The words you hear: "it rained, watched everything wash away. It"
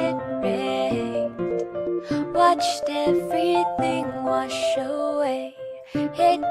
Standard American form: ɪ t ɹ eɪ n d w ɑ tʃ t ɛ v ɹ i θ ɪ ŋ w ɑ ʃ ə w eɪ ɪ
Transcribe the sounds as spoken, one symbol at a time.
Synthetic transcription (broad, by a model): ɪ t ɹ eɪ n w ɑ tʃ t ɛ v ɹ i θ ɪ ŋ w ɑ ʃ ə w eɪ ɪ